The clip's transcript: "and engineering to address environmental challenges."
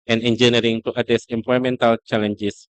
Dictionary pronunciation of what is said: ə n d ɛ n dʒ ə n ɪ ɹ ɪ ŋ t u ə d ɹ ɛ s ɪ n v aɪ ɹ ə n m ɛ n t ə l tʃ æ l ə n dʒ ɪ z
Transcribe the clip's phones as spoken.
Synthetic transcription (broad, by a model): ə n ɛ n dʒ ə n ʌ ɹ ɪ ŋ t u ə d ɛ s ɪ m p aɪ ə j m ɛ n t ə l tʃ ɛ l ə n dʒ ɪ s